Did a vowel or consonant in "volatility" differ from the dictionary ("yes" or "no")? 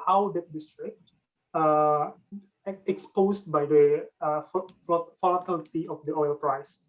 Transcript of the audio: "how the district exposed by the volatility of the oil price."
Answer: yes